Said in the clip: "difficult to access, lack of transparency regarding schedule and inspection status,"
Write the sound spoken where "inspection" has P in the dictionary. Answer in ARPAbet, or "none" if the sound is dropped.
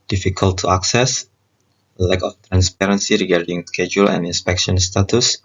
P